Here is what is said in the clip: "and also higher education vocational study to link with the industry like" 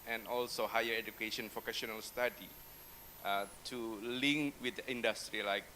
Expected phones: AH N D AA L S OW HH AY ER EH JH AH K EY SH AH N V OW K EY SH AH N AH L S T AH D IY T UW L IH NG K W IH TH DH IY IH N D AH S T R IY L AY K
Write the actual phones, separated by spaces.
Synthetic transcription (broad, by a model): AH N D AA L S OW HH AY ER EH JH AH K EY SH AH N P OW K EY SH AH N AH L S T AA D IY T UW L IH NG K W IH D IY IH N D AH S T R IY L AY K